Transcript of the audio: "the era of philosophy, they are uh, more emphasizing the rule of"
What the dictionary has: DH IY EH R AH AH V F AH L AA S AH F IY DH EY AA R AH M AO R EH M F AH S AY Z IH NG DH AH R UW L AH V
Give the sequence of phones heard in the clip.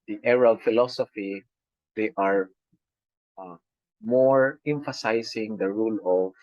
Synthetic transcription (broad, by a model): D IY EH R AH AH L F AH L AA S AH F IY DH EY AA R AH M AO R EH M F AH S AY S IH NG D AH R UW L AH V